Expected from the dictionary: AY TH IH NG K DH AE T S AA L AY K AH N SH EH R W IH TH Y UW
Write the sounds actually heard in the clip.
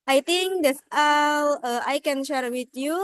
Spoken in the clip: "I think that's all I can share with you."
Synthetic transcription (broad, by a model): AY T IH NG K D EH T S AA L AY K AH N SH EH R W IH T Y UW